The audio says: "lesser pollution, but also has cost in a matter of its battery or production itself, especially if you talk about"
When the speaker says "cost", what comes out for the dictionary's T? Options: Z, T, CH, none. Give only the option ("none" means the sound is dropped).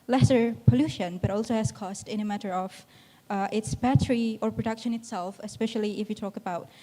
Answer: T